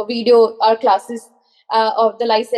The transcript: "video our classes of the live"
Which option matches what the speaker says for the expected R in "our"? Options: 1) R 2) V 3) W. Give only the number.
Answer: 1